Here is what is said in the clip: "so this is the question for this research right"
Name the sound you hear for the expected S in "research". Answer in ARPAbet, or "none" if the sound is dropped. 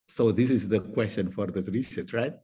SH